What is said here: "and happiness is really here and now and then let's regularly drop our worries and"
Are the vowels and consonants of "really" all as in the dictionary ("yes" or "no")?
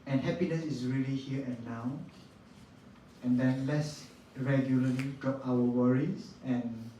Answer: yes